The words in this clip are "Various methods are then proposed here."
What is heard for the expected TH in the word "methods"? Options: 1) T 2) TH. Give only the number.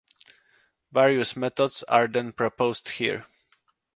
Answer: 1